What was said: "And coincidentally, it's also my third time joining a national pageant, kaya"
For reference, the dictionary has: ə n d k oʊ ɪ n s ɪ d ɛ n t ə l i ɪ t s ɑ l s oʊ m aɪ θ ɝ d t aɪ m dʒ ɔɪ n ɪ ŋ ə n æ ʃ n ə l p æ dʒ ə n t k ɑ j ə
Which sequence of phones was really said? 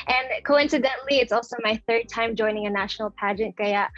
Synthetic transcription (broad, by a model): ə n k oʊ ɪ n s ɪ d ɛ n t l i ɪ t s ɑ l s oʊ m aɪ θ ɝ d t aɪ m dʒ ɔɪ n ɪ ŋ ə n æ ʃ n l p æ dʒ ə n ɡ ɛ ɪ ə